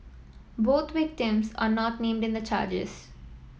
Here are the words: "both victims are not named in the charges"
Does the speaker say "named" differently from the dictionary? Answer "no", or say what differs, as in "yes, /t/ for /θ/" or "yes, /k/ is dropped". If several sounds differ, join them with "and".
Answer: no